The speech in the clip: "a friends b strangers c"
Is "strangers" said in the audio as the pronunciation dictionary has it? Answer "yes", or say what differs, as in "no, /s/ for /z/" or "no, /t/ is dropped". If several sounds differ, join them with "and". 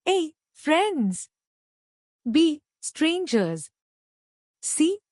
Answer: yes